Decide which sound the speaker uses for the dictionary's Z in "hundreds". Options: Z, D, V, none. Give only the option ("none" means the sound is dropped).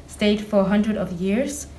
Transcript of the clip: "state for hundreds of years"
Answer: none